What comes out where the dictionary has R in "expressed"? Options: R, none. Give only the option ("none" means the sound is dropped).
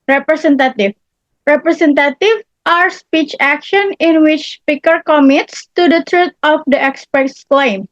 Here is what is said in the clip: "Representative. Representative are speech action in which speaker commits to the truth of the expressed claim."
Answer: none